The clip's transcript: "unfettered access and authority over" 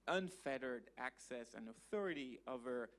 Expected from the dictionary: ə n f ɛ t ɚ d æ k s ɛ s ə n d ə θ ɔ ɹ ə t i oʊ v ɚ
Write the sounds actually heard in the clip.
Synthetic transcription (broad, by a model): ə n f ɛ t ɚ d æ k s ɛ s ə n ə θ ɔ ɹ ə t i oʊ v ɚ